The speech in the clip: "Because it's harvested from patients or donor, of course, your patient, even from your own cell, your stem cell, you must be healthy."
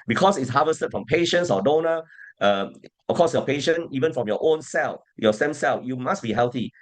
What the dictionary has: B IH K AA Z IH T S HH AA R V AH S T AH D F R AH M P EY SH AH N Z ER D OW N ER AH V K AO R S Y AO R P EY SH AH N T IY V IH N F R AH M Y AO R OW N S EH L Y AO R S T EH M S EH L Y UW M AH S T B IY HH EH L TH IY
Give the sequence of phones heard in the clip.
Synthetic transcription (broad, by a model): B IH K AA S IH T S HH AA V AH S T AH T F R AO M P EY SH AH N S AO D OW N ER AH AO K AO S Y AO P EY SH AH N IY V IH N F R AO M Y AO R OW N S EH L Y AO S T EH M S EH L Y UW M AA S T B IY HH EH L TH IY